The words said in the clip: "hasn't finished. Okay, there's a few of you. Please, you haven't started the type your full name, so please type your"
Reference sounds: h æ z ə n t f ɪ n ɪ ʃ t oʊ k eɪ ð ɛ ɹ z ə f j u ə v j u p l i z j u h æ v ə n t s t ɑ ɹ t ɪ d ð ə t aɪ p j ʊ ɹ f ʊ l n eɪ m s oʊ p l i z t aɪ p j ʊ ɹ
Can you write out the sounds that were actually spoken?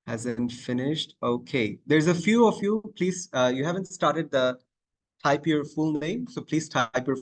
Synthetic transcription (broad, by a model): h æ z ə n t f ɪ n ɪ ʃ t oʊ k eɪ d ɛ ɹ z ə f j u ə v j u p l i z j u h æ v ə n t s t ɑ ɹ t ɪ d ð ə t aɪ p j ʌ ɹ f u l n eɪ m s oʊ p l i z t aɪ p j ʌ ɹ